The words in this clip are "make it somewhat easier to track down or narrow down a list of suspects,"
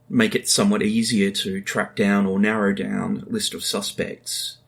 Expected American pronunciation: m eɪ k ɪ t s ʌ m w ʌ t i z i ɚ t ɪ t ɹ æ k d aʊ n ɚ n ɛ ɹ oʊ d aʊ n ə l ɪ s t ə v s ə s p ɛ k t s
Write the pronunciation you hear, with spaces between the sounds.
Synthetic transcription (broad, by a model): m eɪ k ɪ t s ʌ m w ʌ t i z i ɚ t ɪ t ɹ æ k d aʊ n ɚ n ɛ ɹ oʊ d aʊ n l ɪ s t ə v s ə s p ɛ k t s